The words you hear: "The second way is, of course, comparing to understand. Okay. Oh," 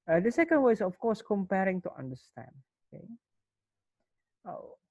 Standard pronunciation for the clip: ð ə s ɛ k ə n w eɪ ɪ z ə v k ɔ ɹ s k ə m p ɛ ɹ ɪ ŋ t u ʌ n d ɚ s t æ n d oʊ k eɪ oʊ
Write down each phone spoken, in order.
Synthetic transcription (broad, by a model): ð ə s ɛ k ə n w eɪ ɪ s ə f k ɔ s k ə m p ɛ ɹ ɪ ŋ t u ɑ n d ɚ s t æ n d oʊ k eɪ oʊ